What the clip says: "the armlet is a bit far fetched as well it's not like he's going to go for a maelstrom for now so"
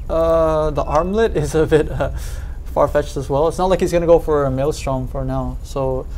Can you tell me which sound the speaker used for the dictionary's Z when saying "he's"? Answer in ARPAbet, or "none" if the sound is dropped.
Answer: Z